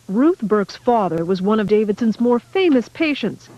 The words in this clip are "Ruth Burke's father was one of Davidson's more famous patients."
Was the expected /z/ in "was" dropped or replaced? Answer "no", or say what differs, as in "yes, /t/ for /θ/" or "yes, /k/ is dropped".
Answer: no